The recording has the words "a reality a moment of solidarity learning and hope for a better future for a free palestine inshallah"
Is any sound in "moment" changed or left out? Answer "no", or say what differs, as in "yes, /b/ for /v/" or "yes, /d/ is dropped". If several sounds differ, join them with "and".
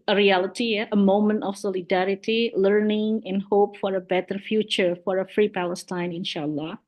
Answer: no